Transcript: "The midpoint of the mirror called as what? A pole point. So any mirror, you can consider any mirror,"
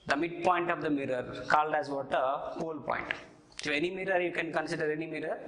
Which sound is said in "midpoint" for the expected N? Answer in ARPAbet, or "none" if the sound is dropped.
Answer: N